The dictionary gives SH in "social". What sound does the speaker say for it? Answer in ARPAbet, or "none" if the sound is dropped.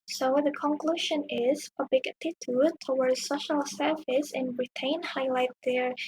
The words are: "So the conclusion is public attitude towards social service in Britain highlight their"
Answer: SH